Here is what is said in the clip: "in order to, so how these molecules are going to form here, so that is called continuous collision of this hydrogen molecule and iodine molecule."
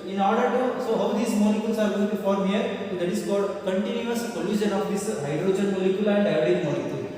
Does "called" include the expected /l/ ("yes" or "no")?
no